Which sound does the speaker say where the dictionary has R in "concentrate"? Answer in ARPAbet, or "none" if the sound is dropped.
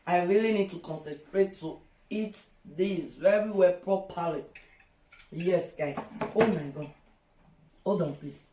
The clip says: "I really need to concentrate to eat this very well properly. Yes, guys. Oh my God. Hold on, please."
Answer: R